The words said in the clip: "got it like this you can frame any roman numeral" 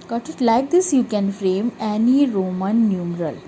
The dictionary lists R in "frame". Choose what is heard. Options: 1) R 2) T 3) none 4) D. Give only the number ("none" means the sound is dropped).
1